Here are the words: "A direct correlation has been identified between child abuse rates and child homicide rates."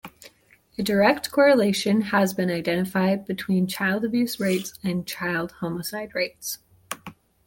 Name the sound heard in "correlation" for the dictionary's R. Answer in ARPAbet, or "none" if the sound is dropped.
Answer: R